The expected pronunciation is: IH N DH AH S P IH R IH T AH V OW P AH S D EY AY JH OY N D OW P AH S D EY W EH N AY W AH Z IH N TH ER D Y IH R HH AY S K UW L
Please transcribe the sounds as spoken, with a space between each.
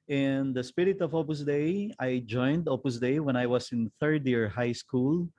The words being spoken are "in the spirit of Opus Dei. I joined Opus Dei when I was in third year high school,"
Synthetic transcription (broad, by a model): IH N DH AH S P IH R IH T AH V OW P AH S D EY AY JH OY N D OW P AH S D EY W EH N AY W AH S IH N TH ER D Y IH R HH AY S K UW L